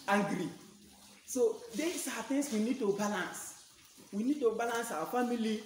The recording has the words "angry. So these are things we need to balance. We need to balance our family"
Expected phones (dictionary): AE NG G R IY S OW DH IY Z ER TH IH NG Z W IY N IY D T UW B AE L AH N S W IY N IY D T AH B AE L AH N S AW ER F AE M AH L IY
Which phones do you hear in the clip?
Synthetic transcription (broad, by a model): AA G R IY S OW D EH S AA T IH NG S W IY N IY D T UW B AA L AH N S W IY N IY D T AH B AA L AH N S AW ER F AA M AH L IY